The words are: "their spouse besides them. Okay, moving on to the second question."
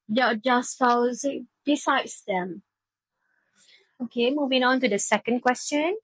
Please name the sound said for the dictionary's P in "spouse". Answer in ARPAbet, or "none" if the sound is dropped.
F